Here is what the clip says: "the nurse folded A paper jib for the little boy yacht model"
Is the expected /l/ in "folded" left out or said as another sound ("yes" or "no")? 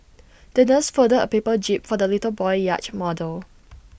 yes